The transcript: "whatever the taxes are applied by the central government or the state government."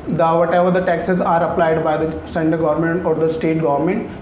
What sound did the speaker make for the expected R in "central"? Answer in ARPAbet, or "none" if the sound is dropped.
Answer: none